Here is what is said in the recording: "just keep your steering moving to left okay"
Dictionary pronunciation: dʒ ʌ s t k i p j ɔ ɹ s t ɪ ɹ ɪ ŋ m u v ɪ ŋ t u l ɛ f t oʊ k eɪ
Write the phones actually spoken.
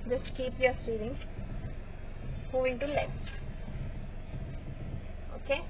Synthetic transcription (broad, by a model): dʒ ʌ s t k i p j ɔ ɹ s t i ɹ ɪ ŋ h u ɪ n t u l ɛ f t oʊ k eɪ